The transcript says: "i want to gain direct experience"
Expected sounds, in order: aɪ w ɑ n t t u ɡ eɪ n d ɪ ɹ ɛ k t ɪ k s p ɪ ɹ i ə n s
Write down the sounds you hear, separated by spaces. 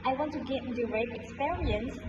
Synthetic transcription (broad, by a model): aɪ w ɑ n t t u ɡ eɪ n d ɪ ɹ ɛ t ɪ k s p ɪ ɹ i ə n s